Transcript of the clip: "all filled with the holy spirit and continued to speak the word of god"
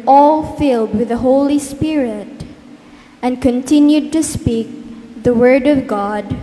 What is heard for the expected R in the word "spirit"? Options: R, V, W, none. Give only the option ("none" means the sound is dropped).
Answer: R